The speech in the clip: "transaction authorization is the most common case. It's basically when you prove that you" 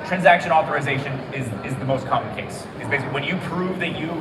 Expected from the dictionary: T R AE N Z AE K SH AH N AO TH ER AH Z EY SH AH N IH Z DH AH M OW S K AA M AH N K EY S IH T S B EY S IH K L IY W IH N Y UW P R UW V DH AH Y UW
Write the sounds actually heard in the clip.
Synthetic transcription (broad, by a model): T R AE N Z AE K SH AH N AO TH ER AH Z EY SH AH N IH Z DH AH M OW S K AA M AH N K EY S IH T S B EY IH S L W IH N Y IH P R UW V DH AH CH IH